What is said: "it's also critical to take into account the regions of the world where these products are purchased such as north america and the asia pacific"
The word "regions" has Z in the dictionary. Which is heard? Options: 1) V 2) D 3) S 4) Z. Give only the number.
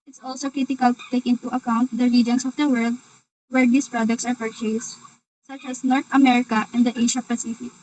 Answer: 3